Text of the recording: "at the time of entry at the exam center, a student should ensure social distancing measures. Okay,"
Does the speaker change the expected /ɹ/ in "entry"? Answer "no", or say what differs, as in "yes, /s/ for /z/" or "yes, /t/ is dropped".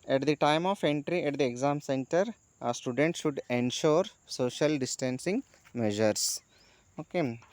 no